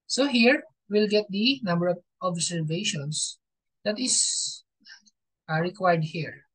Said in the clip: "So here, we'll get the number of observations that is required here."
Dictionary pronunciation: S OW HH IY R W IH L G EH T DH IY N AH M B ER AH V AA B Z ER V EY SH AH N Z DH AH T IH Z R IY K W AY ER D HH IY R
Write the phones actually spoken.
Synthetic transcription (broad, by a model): S OW HH IY R W IH L G EH T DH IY N AH M B ER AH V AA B S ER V EY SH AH N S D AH T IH S R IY K W AY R D HH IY R